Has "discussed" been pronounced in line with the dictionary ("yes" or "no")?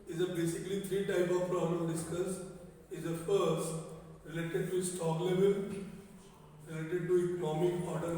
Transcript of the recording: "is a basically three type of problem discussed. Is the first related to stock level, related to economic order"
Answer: no